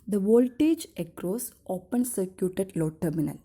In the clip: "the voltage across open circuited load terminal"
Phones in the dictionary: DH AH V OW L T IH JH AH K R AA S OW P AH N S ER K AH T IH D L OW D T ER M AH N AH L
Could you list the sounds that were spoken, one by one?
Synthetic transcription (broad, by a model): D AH V OW L T IH JH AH K R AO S OW P AH N S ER K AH T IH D L OW T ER M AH N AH L